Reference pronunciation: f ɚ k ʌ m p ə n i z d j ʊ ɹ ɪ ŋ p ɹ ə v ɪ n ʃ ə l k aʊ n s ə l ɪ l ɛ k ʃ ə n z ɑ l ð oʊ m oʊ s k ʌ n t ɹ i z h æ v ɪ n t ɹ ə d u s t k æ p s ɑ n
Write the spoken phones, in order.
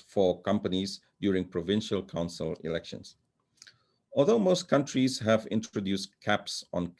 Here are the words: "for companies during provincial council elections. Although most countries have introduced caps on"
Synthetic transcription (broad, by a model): f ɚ k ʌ m p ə n i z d j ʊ ɹ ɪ ŋ p ɹ ə v ɪ n ʃ ə l k aʊ n s ə l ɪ l ɛ k ʃ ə n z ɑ l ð oʊ m oʊ s k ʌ n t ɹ i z h æ v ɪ n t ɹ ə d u s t k æ p s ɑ n